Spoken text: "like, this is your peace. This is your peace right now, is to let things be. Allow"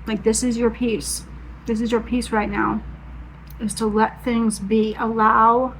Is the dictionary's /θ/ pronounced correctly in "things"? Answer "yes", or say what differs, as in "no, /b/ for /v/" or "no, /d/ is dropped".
yes